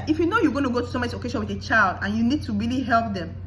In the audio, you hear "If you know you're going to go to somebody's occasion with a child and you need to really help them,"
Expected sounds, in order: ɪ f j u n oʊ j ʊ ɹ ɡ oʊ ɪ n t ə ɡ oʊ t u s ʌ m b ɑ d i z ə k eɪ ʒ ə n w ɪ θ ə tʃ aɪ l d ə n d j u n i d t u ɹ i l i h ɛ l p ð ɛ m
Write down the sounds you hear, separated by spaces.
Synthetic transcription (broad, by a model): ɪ f j u n oʊ j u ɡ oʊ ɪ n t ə ɡ oʊ t u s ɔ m ɑ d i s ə k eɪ ʃ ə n w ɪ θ ə tʃ aɪ l d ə n j u n i d t u ɹ i l i h ɛ l p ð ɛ m